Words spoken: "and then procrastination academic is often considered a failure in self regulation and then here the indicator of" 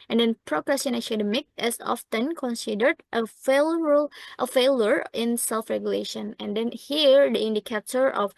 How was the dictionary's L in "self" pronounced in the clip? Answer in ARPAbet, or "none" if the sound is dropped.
L